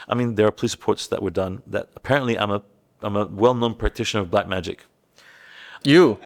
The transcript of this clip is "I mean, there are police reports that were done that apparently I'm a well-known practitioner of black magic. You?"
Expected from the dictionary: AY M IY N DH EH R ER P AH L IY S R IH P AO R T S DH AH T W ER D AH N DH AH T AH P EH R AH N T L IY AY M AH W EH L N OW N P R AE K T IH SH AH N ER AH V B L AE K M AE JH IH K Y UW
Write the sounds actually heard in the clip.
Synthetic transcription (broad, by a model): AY M IY N DH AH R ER P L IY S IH P AO R T S DH AH T W ER D AH N DH AH T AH P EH R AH N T L IY AY M AH W EH L N OW N P R AE K T IH SH AH N ER AH V B L AE K M AE JH IH K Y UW